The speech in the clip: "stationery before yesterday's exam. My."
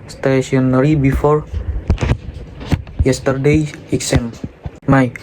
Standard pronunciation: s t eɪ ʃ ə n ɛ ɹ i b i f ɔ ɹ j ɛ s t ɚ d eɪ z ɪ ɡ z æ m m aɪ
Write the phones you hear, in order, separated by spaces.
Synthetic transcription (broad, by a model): s t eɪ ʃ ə n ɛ ɹ i b i f ɔ ɹ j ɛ s t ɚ d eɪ ɪ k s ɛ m m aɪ